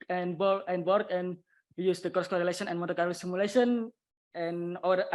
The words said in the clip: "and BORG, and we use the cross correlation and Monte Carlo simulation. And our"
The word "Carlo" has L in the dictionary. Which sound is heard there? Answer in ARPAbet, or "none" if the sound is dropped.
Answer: none